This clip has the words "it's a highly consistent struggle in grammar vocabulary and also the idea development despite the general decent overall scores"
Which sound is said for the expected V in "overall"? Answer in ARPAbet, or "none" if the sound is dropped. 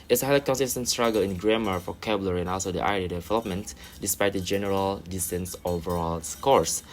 V